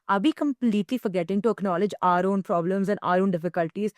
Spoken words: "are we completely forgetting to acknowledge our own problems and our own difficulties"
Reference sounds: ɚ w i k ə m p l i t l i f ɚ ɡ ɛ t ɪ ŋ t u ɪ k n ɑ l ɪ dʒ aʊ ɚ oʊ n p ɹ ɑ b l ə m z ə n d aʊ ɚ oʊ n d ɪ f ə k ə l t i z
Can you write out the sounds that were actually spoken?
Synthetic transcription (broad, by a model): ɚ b i k ə m p l i t l i f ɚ ɡ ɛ t ɪ ŋ t u ɪ k n ɑ l ɪ dʒ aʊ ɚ oʊ n p ɹ ɑ b l ə m z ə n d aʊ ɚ oʊ n d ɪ f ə k ə l t i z